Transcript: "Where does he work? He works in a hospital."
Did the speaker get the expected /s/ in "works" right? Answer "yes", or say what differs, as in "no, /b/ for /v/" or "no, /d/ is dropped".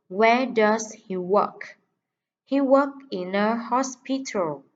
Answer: no, /s/ is dropped